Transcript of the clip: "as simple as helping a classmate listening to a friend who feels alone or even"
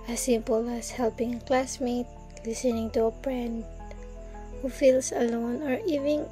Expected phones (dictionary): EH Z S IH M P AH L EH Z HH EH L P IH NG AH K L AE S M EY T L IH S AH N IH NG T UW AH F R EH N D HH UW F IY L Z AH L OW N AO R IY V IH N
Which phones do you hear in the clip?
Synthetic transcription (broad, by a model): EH S IH M P AH L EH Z HH EH L P IH NG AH K L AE S M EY T L IH S AH N IH NG T UW AH P R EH N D HH UW F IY L S AH L OW N AO R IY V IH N